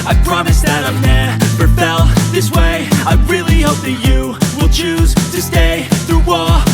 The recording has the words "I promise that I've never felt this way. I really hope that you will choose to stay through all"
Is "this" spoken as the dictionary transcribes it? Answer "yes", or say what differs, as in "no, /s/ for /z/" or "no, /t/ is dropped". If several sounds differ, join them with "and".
yes